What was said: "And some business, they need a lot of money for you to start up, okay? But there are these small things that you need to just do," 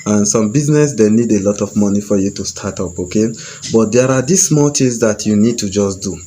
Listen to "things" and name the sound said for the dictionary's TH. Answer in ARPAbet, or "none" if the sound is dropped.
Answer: T